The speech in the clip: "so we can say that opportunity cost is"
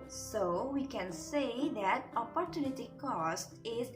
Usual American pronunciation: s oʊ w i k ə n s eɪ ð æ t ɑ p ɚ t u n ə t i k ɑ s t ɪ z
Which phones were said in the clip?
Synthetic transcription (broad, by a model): s oʊ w i k ə n s eɪ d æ t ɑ p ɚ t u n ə t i k ɑ s t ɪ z